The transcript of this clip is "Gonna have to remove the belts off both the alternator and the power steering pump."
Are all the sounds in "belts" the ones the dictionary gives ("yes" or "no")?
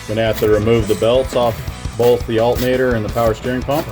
yes